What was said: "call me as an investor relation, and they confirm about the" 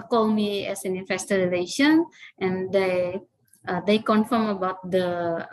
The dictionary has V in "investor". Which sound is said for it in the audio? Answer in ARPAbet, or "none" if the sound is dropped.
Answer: F